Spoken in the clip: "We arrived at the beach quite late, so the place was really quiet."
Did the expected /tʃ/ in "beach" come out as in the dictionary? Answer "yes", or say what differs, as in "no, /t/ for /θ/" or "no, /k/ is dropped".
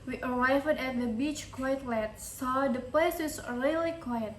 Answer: yes